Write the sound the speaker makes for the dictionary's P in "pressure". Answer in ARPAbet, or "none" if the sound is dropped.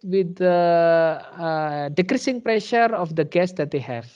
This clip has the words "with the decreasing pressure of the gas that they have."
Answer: P